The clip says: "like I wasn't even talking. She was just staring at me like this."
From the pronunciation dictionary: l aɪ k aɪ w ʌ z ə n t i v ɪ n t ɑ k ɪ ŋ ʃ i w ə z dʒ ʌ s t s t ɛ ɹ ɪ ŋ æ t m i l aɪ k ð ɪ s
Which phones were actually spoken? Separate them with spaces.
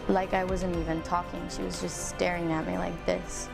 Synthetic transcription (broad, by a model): l aɪ k aɪ w ʌ z ə n t i v ɪ n t ɑ k ɪ ŋ ʃ i w ə z dʒ ʌ s t s t ɛ ɹ ɪ ŋ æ t m i l aɪ k ð ɪ s